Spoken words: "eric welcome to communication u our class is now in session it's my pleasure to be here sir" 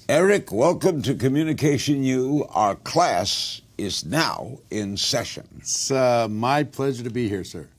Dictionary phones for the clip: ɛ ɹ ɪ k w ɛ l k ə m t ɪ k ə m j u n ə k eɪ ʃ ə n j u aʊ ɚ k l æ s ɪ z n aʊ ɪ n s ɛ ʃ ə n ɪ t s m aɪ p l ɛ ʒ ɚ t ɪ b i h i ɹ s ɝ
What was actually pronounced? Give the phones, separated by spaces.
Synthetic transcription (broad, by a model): ɛ ɹ ɪ k w ɛ l k ə m t ɪ k ə m j u n ə k eɪ ʃ ə n j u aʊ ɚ k l æ s ɪ z n aʊ ɪ n s ɛ ʃ ə n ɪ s m aɪ p l ɛ ʒ ɚ t ɪ b i h i ɹ s ɝ